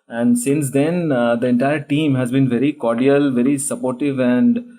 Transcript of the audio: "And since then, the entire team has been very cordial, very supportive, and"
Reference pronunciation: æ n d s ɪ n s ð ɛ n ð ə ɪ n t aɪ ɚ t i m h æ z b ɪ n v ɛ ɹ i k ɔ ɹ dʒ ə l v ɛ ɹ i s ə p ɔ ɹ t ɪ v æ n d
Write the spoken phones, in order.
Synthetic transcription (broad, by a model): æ n d s ɪ n s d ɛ n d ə ɪ n t aɪ ɚ t i m h æ z b ɪ n v ɛ ɹ i k ɔ ɹ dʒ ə l v ɛ ɹ i s ə p ɔ ɹ t ɪ v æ n d